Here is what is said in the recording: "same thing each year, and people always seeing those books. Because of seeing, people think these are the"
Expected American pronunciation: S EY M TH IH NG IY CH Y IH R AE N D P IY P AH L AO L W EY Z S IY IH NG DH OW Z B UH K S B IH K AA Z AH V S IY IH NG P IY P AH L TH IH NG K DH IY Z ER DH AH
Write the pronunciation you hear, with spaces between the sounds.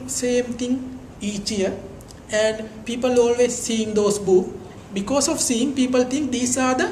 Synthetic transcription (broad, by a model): S EY M T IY NG IY CH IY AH AE N D P IY P AH L AO L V EY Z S IY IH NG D OW S B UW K B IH K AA S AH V S IY IH NG P IY P AH L T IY NG K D IY S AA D AH